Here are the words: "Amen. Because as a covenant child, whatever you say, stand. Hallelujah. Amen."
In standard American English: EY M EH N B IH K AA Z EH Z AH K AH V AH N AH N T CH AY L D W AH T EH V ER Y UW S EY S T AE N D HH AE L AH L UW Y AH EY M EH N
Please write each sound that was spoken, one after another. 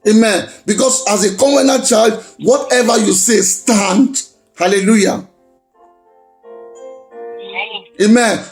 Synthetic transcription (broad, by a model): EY M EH N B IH K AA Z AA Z AH K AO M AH N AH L CH AY L D W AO T EH V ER Y UW S EY S T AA N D HH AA L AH L UW Y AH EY M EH N